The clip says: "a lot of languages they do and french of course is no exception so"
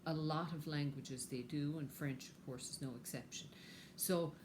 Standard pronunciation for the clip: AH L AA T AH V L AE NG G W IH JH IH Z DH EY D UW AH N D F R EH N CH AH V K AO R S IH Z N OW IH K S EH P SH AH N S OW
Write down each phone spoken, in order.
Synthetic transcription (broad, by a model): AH L AA T AH V L AE NG G W IH JH IH Z DH EY D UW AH N F R EH N CH AH V K AO R S IH Z N OW IH K S EH P SH AH N S OW